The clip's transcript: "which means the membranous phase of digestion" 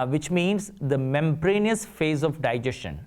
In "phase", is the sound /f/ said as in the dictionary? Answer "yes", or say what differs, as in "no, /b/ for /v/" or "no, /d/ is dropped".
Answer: yes